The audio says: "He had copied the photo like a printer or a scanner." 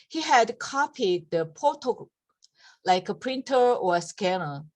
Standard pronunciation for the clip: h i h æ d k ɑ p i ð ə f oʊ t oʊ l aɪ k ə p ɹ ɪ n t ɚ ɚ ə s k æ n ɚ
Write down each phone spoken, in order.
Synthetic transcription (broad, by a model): h i h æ d k ɑ p i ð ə p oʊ t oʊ l aɪ k ə p ɹ ɪ n t ɚ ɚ ə s k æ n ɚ